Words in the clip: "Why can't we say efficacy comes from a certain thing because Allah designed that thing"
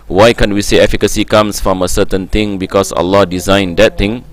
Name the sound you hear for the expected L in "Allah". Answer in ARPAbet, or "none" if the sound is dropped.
L